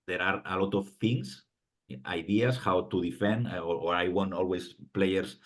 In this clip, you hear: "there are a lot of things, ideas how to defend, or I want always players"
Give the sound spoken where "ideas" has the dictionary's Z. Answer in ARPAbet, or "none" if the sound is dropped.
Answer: S